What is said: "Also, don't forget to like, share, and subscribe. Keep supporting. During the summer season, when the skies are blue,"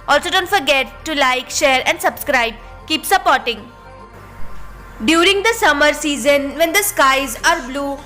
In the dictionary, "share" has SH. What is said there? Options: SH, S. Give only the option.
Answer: SH